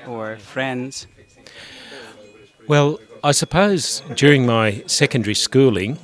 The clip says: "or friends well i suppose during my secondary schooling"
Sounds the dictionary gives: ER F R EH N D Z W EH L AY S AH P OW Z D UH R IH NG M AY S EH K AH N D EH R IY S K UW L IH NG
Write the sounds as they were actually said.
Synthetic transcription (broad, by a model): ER F R EH N D Z W EH L AY S AH P OW Z D UH R IH NG M AY S EH K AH N D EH R IY S K UW L IH NG